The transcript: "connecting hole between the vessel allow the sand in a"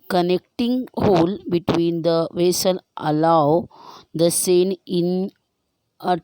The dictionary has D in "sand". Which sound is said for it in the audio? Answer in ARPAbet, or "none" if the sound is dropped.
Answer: none